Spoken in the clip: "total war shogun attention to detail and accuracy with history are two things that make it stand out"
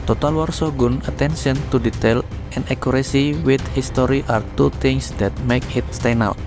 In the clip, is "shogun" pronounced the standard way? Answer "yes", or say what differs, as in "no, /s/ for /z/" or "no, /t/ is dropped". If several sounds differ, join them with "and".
no, /s/ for /ʃ/